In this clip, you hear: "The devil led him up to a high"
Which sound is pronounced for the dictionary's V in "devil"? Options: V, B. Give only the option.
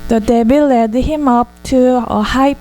B